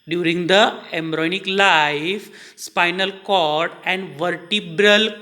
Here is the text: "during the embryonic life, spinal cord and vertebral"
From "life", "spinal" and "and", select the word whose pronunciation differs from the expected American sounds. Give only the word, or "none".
none